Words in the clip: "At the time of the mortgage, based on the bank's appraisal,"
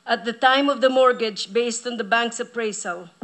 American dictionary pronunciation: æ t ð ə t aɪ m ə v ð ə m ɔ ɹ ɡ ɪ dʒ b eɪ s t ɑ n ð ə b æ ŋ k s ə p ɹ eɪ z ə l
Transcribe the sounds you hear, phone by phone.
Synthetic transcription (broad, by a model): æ t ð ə t aɪ m ə v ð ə m ɔ ɹ ɡ ɪ dʒ b eɪ s t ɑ n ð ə b æ ŋ k s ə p ɹ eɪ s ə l